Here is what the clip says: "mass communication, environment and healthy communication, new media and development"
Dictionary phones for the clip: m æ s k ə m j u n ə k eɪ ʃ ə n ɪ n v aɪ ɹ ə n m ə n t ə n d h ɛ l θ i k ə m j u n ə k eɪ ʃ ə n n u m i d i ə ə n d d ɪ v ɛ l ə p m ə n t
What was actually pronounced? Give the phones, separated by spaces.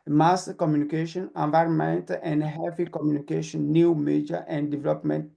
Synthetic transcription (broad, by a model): m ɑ s k ə m j u n ə k eɪ ʃ ə n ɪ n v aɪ ɹ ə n m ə n t ə n d h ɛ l f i k ə m j u n ə k eɪ ʃ ə n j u m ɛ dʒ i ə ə n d d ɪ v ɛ l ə p m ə n t